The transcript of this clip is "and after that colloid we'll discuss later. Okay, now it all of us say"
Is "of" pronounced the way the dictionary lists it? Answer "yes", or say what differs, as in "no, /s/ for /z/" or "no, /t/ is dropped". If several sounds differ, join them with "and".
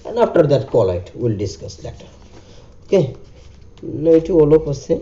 no, /p/ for /v/